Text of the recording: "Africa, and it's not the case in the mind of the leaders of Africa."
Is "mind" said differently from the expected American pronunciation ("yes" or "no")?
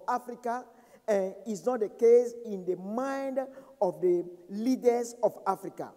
no